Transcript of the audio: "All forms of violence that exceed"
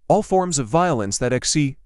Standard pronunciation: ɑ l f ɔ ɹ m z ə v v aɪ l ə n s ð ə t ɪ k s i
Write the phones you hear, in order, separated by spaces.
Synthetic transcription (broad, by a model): ɑ l f ɔ ɹ m z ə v v aɪ l ə n s ð ə t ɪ k s i